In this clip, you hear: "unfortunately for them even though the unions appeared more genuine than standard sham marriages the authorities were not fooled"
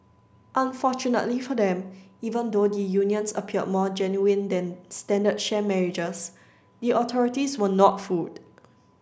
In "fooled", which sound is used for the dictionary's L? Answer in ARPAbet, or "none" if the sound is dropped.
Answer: none